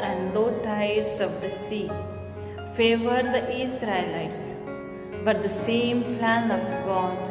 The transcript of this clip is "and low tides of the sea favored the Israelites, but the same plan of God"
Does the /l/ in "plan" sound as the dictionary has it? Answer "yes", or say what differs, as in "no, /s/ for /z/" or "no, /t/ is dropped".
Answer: yes